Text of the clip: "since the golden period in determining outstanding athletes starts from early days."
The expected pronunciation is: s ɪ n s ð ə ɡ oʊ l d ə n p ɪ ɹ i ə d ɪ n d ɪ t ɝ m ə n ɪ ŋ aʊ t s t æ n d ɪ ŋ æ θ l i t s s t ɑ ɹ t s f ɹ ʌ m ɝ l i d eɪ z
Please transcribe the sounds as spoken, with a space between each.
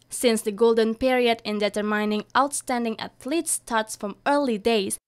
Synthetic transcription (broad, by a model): s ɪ n s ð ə ɡ oʊ l d ə n p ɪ ɹ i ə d ɪ n d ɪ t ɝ m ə n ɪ ŋ aʊ t s t æ n d ɪ ŋ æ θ l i t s s t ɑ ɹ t s f ɹ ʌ m ɝ l i d eɪ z